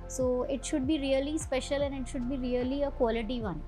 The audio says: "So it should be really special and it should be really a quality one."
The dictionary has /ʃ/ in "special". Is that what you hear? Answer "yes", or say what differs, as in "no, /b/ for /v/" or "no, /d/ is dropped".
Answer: yes